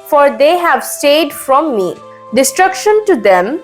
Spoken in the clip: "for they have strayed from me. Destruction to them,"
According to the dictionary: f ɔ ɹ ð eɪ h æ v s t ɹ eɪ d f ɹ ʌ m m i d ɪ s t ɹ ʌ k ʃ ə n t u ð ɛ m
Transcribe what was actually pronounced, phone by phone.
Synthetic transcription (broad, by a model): f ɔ ɹ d eɪ h æ v s t eɪ d f ɹ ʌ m m i d ɪ s t ɹ ʌ k ʃ ə n t u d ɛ m